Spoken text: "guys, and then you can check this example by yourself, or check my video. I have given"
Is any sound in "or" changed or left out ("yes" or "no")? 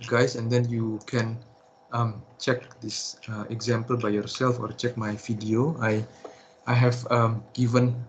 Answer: no